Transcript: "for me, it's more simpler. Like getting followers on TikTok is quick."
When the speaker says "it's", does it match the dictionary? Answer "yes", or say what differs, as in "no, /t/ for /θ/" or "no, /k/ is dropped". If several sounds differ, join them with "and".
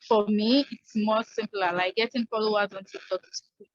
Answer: yes